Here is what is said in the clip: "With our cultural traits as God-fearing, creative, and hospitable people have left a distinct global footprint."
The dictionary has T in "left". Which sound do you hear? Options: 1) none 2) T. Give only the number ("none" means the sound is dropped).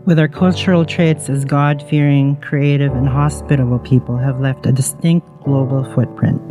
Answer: 2